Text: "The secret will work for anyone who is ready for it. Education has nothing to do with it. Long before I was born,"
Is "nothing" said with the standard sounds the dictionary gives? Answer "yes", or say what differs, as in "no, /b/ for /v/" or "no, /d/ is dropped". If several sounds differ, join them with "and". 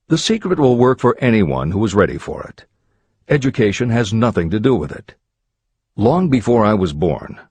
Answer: yes